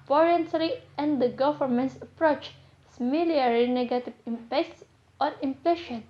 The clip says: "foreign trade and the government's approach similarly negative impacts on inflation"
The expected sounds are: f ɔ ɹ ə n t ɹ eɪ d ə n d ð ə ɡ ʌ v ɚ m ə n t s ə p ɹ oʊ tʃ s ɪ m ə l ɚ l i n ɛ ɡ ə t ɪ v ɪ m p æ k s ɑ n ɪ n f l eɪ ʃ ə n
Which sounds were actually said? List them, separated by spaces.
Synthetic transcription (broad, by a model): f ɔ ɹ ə n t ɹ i ə n d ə ɡ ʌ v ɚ m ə n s ə p ɹ oʊ tʃ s m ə l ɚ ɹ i n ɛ ɡ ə t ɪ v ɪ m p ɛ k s ɑ n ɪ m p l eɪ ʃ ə n